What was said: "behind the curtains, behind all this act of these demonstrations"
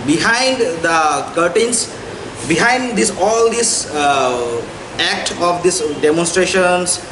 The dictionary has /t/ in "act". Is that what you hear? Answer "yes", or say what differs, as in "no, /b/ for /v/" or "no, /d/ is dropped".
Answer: yes